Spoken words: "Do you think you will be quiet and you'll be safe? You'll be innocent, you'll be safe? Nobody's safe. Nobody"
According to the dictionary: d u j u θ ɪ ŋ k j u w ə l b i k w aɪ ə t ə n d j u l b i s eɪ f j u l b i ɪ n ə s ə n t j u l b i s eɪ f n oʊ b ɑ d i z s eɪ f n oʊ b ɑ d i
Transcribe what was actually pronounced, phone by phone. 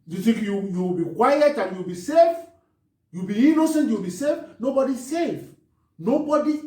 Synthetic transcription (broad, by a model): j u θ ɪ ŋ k j u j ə w b i k w aɪ ə t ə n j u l b i s eɪ f j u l b i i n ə s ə n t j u w b i s eɪ f n oʊ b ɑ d i s eɪ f n oʊ b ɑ d i